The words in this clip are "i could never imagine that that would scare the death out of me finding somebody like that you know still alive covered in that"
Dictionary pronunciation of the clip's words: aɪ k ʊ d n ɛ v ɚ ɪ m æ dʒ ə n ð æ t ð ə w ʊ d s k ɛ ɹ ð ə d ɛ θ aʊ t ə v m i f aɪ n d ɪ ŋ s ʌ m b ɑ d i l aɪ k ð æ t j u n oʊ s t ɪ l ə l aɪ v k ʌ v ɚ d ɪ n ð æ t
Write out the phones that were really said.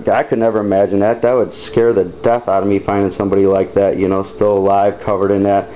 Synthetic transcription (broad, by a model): aɪ k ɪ d n ɛ v ɚ ɪ m æ dʒ ə n ð æ t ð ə w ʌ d s k ɛ ɹ ð ə d ɛ θ aʊ t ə m i f aɪ n d ɪ ŋ s ʌ m b ɑ d i l aɪ k ð æ t j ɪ n oʊ s t ɪ l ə l aɪ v k ʌ v ɚ d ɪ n ð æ t